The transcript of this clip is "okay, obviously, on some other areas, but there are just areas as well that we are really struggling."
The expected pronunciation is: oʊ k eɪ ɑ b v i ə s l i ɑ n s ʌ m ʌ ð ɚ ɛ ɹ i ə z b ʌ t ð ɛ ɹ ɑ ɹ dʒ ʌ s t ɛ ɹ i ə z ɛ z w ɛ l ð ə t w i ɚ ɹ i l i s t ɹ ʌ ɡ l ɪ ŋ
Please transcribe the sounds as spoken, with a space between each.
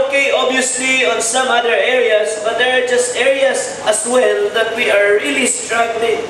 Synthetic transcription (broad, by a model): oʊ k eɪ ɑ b i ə s l i ɑ n s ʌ m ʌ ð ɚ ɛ ɹ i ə s b ʌ t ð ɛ ɹ ɑ ɹ dʒ ʌ s t ɛ ɹ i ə s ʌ s w ɛ l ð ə t w i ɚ ɹ i l i s t ɹ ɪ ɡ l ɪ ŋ